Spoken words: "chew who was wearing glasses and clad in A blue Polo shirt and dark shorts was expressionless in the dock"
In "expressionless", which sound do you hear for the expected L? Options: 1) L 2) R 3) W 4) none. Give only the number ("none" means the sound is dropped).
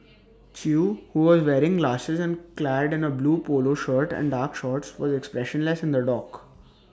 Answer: 1